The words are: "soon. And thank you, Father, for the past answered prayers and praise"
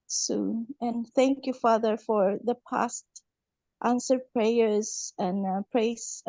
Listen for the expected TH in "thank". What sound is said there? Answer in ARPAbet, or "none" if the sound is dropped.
TH